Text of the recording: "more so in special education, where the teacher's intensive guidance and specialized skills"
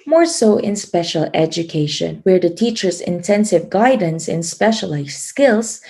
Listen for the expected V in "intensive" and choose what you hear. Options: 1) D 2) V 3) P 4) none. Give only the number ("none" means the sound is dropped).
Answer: 2